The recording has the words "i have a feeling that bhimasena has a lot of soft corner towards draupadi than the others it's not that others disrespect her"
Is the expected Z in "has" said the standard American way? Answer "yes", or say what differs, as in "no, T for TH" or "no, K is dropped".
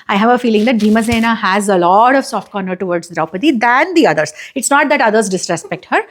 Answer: yes